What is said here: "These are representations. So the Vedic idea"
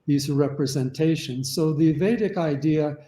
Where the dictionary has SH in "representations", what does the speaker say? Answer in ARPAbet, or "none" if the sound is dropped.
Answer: SH